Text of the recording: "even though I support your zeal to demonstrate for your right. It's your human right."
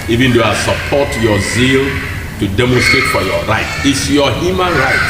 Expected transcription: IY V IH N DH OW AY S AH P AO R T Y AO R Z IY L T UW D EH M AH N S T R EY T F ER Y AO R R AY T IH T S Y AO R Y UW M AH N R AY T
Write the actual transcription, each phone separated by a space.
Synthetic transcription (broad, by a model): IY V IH N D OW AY S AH P AO T Y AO Z IY L T UW D EH M AH N S T R EY T F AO Y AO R R AY T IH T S Y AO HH Y UW M AH N R AY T